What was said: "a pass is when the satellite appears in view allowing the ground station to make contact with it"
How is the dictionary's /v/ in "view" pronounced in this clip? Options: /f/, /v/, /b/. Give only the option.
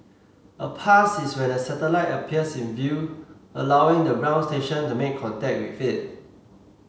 /v/